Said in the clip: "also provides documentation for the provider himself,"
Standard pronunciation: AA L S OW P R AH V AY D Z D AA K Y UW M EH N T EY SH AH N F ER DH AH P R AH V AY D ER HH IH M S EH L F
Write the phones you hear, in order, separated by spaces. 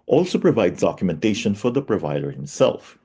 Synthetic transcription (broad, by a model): AA L S OW P R AH V AY D Z D AA K Y UW M EH N T EY SH AH N F ER DH AH P R AH V AY D ER HH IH M S EH L F